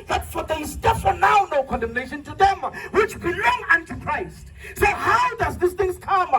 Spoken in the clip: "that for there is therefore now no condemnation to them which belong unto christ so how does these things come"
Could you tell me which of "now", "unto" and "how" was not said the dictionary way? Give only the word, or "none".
none